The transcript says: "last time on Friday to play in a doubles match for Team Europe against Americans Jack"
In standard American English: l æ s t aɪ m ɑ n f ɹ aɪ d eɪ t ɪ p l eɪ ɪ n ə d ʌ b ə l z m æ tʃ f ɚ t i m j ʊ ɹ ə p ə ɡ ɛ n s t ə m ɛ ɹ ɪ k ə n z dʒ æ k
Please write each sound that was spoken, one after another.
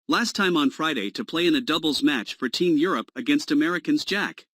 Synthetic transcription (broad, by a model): l æ s t aɪ m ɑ n f ɹ aɪ d eɪ t ɪ p l eɪ ɪ n ə d ʌ b l z m æ tʃ f ɚ t i m j ʊ ɹ ə p ə ɡ ɛ n s t ə m ɛ ɹ ɪ k ə n z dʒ æ k